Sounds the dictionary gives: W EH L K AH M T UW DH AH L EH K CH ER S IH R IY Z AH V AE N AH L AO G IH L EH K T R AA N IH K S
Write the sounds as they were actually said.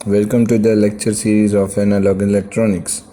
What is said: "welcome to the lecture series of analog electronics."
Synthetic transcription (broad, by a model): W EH L K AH M T UW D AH L EH K CH ER S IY R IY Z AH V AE N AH L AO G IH L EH K T R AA N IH K S